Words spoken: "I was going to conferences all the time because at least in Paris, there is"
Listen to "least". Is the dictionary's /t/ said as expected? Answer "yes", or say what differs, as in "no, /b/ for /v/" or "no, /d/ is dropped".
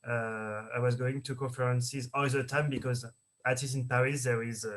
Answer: no, /t/ is dropped